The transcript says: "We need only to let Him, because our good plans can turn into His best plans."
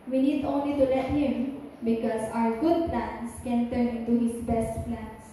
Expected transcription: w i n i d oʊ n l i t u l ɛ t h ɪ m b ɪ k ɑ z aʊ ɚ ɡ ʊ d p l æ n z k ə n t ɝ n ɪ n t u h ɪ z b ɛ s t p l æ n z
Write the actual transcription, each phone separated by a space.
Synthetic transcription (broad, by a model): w i n i d oʊ n l i t u l ɛ t h ɪ m b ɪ k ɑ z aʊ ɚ ɡ ʊ d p l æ n s k ə n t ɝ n ɪ n t u h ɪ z b ɛ s t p l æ n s